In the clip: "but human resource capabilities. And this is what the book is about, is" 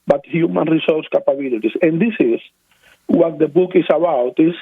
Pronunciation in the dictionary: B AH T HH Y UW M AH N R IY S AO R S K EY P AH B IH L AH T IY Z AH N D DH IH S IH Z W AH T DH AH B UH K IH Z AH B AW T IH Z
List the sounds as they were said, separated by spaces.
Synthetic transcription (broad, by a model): B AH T HH Y UW M AH N R IY S AO R S K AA P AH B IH L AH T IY S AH N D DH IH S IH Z W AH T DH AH B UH K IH S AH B AW T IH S